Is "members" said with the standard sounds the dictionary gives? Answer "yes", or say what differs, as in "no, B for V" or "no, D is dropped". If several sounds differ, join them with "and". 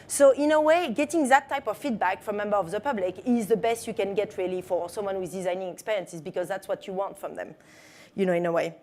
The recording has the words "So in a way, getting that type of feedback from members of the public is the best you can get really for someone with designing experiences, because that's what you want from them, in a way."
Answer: no, Z is dropped